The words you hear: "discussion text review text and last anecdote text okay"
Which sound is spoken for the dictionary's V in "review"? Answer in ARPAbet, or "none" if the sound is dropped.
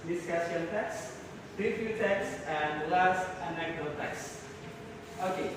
F